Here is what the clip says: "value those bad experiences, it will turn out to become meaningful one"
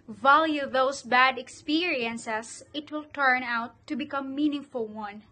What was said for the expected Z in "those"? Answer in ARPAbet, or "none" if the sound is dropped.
S